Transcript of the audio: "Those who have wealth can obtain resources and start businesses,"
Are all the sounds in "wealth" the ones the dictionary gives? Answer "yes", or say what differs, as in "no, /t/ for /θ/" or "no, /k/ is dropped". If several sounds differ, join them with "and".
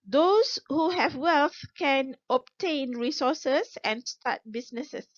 yes